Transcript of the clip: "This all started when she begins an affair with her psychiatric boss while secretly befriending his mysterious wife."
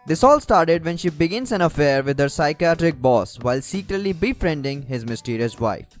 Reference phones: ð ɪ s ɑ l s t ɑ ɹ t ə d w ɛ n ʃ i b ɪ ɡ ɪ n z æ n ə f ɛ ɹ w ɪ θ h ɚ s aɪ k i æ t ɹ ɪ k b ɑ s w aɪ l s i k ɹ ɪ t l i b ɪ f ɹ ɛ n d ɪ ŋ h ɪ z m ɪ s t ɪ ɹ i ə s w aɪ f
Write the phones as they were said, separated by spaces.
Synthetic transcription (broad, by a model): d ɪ s ɑ l s t ɑ ɹ t ə d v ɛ n ʃ i b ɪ ɡ ɪ n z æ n ə f ɛ ɹ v ɪ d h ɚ s aɪ k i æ t ɹ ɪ k b ɑ s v aɪ l s i k ɹ ɪ t l i b ɪ f ɹ ɛ n d ɪ ŋ h ɪ z m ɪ s t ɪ ɹ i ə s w aɪ f